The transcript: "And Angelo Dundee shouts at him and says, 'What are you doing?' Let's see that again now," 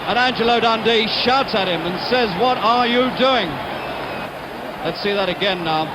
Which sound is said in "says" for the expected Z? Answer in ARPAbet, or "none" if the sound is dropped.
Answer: Z